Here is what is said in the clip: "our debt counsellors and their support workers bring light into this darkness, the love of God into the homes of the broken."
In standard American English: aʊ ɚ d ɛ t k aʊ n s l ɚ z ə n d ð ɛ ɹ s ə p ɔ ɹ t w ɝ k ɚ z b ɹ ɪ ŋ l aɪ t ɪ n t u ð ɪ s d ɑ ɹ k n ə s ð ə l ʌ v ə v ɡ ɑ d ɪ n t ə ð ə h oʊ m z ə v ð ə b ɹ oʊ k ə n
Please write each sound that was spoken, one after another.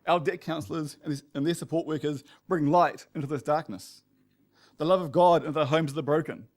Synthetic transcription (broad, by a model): aʊ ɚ d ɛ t k aʊ n s l ɚ z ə n ð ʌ ɹ s ə p ɔ ɹ t w ɝ k ɚ z b ɹ ɪ ŋ l aɪ t ɪ n t u ð ɪ s d ɑ ɹ k n ə s ð ə l ʌ v ə v ɡ ɑ d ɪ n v ð ə h oʊ m z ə ð ə b ɹ oʊ k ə n